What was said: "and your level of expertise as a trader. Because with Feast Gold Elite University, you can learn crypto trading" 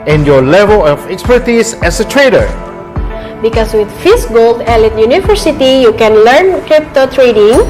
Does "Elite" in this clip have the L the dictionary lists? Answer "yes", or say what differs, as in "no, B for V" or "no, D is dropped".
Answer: yes